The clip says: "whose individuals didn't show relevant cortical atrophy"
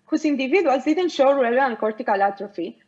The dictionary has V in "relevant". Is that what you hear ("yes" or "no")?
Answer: no